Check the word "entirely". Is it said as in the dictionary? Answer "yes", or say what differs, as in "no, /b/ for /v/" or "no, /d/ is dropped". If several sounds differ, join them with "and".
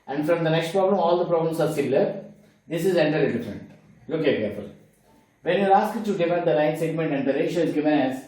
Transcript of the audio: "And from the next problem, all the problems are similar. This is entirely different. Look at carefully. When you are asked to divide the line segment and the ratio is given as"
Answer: no, /l/ is dropped